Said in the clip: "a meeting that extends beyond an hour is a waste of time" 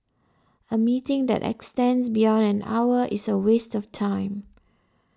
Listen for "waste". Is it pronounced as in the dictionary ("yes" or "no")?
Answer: yes